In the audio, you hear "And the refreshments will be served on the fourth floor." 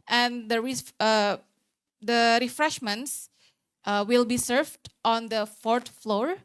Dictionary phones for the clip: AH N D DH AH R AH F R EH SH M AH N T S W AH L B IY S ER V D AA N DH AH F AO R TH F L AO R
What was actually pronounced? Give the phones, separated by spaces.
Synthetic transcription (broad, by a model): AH N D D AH R AH F R EH SH M AH N T S W AH L B IY S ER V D AA N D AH F AO R T F L AO R